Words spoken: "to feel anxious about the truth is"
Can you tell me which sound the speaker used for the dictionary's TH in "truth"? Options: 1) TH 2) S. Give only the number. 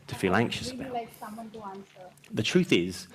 1